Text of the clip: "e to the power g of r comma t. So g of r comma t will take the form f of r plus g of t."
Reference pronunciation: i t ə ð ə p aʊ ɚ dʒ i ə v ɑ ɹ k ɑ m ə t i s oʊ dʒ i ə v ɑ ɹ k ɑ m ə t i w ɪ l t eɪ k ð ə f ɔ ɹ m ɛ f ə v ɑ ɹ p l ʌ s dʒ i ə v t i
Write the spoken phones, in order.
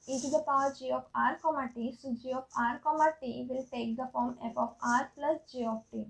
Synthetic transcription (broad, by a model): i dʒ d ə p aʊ dʒ i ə f ɑ ɹ k ɑ m ə t i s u dʒ i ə f ɑ ɹ k ɑ m ə t i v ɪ l t eɪ k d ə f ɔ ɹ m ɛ p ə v ɑ ɹ p l ʌ s dʒ i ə f t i